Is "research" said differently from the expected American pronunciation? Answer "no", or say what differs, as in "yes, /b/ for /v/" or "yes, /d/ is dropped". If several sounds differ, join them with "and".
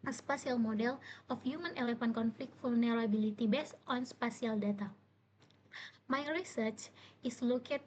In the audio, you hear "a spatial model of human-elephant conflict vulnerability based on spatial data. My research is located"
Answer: no